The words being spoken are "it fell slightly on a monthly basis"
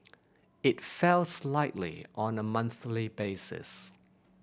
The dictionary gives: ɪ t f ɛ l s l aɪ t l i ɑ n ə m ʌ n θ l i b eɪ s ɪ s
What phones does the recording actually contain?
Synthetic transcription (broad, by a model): ɪ t f ɛ l s l aɪ t l i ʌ n ə m ʌ n θ l i b eɪ s ɪ s